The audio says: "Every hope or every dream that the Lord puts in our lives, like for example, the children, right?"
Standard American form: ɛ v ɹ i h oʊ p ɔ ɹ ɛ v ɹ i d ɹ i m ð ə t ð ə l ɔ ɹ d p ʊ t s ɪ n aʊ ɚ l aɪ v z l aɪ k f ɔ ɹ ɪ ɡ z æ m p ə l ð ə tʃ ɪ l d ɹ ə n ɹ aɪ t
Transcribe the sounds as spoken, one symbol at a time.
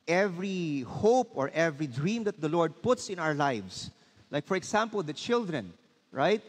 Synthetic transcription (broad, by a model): ɛ v ɹ i h oʊ p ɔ ɹ ɛ v ɹ i d ɹ i m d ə t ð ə l ɔ ɹ d p ʊ t s ɪ n aʊ ɚ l aɪ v s l aɪ k f ɔ ɹ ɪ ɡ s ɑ m p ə l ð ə tʃ ɪ l d ɹ ə n ɹ aɪ t